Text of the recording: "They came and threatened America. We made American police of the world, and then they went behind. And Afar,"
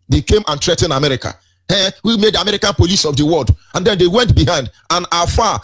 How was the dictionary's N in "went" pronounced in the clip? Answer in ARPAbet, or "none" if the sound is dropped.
N